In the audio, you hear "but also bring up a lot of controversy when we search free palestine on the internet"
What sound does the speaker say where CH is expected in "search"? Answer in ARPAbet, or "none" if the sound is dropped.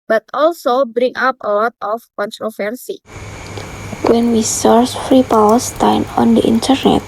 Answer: S